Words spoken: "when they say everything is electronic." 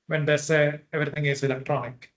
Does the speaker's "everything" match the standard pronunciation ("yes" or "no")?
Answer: no